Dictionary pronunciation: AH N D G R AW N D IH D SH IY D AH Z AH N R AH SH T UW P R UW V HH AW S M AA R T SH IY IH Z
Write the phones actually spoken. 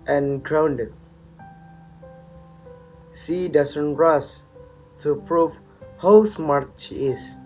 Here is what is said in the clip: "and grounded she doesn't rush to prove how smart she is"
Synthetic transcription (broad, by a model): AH N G R AW N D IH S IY D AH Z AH N R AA S T UW P R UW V HH AW S M AA R T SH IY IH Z